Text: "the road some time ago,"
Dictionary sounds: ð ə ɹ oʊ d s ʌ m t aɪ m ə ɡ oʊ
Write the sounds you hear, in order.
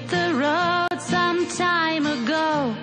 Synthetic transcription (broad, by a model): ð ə ɹ oʊ d s ʌ m t aɪ m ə ɡ oʊ